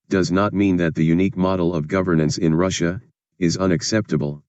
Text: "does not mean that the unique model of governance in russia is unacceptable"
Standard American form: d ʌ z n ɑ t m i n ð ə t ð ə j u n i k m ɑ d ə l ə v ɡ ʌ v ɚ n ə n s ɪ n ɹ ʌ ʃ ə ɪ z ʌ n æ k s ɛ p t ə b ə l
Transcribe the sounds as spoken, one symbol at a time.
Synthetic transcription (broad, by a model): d ʌ z n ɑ t m i n ð ə t ð ə j u n i k m ɑ d l ə v ɡ ʌ v ɚ n ə n s ɪ n ɹ ʌ ʃ ə ɪ z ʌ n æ k s ɛ p t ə b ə l